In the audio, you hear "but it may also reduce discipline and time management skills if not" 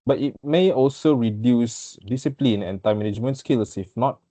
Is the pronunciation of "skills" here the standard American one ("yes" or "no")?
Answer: no